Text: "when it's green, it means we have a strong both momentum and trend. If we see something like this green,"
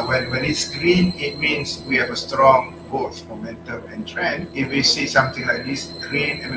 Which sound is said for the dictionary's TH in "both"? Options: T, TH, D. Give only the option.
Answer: T